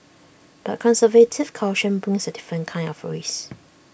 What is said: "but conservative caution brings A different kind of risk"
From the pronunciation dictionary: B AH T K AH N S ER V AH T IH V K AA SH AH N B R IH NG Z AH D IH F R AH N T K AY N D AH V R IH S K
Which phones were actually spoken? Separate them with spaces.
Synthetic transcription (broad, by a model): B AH T K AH N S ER V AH T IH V K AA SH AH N B R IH NG S AH D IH F R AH N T K AY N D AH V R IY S